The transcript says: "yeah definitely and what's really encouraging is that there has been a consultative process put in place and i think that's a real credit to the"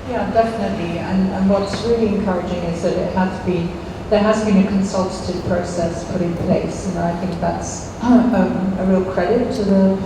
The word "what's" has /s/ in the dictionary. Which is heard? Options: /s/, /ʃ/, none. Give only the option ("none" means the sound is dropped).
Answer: /s/